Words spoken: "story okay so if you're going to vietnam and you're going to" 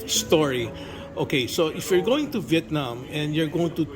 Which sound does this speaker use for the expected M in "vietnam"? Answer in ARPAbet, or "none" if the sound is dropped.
M